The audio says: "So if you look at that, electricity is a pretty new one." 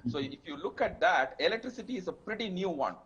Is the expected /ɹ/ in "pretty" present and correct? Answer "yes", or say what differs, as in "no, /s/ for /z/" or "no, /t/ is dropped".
yes